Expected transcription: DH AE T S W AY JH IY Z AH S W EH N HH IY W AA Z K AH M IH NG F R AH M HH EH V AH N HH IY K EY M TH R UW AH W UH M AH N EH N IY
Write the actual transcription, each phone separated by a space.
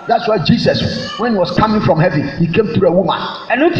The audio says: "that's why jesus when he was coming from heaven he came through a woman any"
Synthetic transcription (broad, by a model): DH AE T S W AY JH IY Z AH S W EH N HH IY W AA S K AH M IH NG F R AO M HH EH V AH N HH IY K EY M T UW AH W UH M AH N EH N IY